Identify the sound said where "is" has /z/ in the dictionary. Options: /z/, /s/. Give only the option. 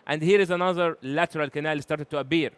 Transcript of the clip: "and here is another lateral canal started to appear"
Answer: /z/